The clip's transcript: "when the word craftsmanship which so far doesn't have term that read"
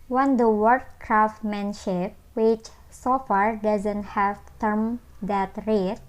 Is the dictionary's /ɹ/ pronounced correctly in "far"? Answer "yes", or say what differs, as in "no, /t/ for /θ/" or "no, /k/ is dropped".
yes